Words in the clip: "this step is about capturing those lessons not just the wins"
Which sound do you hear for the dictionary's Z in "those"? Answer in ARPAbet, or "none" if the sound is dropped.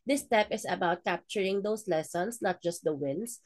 S